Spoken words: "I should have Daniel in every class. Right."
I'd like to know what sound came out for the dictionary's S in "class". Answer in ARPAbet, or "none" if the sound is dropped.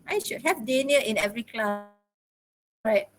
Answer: none